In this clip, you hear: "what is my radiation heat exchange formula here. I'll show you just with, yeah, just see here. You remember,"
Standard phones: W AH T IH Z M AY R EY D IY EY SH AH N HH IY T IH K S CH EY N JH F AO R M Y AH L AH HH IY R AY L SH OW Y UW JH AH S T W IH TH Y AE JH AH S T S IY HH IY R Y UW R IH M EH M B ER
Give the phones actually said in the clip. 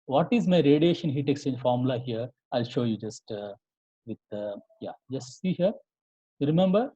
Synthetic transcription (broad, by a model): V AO T IH Z M AY R EY D IY EY SH AH N HH IY T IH K S EY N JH F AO R M L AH HH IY R AY L SH OW Y UW JH AH S T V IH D Y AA JH AH S T S IY HH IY R R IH M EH M B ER